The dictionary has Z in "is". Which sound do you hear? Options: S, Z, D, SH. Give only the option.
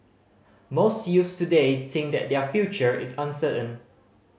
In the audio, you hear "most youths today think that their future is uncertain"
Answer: S